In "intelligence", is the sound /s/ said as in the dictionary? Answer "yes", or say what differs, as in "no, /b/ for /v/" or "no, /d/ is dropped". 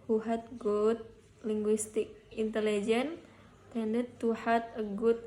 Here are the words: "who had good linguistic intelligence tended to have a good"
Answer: no, /s/ is dropped